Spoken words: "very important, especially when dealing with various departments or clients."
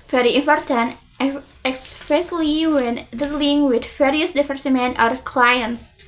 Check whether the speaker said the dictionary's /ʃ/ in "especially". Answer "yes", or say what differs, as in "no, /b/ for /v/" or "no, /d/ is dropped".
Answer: no, /s/ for /ʃ/